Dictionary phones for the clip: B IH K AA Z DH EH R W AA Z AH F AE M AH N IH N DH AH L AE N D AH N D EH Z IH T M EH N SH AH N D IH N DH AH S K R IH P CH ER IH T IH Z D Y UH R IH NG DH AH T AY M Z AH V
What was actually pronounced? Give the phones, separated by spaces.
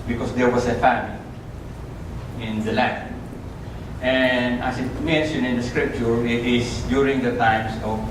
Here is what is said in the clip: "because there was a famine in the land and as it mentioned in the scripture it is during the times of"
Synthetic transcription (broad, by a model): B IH K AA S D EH R W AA S AH F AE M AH L IH N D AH L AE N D AH N D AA S IH T M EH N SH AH N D IH N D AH S K R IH P CH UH IH T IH S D Y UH R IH NG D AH T AY M S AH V